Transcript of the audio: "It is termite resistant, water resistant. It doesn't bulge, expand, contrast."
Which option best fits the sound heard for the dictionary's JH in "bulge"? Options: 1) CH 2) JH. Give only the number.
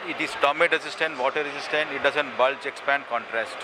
1